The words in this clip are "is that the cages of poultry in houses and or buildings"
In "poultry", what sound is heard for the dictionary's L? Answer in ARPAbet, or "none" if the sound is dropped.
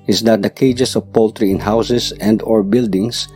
L